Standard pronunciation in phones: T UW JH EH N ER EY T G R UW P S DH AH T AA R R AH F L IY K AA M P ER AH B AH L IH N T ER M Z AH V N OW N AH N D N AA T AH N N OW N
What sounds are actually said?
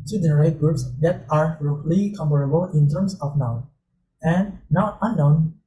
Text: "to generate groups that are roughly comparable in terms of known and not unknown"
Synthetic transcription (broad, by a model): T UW JH EH N ER EY T G R UW P S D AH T AA R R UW L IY K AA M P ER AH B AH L IH N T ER M S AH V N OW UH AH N N AA T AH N N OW N